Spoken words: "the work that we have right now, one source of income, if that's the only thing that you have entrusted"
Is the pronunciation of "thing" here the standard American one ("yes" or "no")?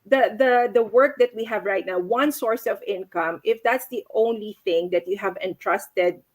yes